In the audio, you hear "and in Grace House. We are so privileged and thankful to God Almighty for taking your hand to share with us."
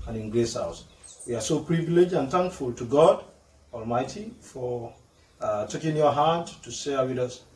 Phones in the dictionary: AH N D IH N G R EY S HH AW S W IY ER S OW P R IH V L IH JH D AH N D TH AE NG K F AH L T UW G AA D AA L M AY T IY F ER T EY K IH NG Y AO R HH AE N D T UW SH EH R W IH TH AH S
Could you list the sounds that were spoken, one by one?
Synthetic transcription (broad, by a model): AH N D IH N G R EY S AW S W IY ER S OW P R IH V L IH JH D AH N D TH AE NG K F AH L T UW G AA D AA L M AY T IY F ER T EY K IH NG Y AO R HH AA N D T UW S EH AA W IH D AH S